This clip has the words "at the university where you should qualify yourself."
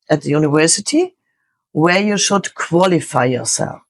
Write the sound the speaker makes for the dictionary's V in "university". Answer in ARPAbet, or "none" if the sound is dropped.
V